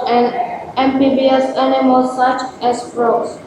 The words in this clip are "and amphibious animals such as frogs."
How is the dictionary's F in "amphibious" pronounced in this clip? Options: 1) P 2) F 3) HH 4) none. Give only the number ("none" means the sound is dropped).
1